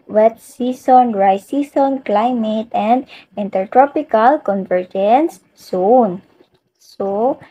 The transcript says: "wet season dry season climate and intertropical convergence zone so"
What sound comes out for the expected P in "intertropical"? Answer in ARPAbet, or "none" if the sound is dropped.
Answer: P